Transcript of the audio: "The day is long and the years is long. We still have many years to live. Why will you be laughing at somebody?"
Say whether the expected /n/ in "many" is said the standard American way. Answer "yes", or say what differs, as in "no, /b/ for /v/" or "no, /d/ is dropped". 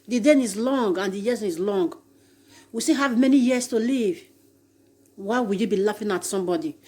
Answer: yes